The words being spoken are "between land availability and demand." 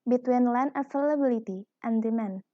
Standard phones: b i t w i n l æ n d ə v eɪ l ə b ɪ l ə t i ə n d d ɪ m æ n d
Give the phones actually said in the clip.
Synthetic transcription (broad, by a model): b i t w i n l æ n ə f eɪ l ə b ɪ l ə t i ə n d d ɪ m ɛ n